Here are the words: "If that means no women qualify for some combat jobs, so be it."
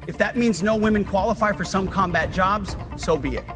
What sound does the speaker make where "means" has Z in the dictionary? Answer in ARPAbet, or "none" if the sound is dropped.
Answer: Z